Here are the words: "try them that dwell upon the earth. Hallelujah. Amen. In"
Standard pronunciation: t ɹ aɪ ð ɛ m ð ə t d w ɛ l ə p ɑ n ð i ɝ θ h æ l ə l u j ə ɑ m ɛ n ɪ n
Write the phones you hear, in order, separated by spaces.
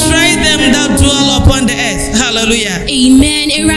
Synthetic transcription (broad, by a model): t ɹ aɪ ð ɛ m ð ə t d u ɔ l ə p ɑ n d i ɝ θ h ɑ l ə l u j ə ɑ m ɛ n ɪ